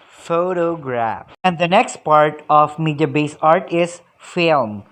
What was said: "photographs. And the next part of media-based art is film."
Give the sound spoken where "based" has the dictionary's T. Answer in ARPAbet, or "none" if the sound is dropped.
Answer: none